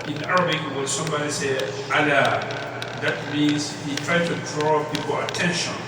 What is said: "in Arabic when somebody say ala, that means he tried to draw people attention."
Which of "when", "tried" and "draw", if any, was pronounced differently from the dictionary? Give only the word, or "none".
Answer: when